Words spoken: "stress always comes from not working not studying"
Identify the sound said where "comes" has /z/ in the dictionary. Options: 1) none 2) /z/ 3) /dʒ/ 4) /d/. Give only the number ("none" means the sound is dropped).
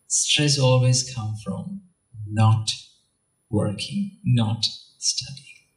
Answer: 1